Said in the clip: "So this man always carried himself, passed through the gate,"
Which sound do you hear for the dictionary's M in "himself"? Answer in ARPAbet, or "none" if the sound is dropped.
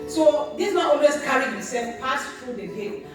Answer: none